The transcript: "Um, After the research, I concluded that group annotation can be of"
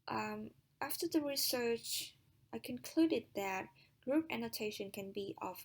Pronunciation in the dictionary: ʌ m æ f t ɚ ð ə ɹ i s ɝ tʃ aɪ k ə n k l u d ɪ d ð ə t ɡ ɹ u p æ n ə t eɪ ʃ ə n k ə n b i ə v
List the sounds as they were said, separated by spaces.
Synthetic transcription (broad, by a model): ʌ m æ f t ɚ ð ə ɹ i s ɝ tʃ aɪ k ə n k l u d ɪ d ð ə t ɡ ɹ u p æ n ə t eɪ ʃ ə n k ə n b i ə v